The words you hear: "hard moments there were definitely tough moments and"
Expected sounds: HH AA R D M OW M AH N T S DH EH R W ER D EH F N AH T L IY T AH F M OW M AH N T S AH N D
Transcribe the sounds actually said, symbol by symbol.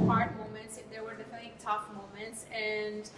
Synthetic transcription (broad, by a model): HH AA R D M OW M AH N T S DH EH R W ER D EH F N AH T IY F M OW M AH N T S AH N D